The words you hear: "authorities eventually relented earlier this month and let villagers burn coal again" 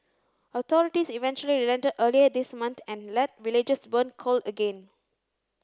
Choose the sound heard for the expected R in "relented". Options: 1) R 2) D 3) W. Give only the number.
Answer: 1